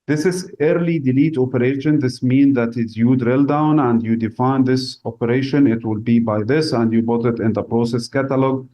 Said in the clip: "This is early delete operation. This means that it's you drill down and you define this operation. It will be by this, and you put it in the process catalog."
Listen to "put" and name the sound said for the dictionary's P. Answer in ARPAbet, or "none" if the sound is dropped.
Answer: B